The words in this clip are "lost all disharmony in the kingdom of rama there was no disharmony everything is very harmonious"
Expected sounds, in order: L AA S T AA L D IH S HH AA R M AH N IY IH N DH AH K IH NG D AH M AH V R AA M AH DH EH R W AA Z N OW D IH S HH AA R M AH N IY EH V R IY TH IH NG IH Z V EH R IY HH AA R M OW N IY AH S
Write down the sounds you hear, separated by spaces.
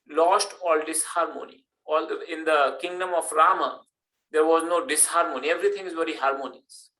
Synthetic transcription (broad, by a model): L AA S T AA L D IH S HH AA R M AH N IY IH N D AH K IH NG D AH M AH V R AA M AH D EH R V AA Z N OW D IH S HH AA R M AH N IY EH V R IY T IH NG IH Z V EH R IY HH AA R M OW N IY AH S